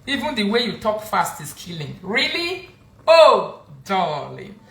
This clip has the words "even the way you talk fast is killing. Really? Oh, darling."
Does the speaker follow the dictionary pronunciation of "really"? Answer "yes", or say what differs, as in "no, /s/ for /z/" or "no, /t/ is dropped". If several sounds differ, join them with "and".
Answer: yes